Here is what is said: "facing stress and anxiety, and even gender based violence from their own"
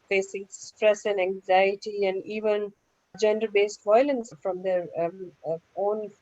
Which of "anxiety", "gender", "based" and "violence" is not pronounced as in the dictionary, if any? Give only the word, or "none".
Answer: none